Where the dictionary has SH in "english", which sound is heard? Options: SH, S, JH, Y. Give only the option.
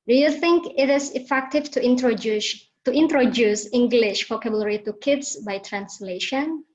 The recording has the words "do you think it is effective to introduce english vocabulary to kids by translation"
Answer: SH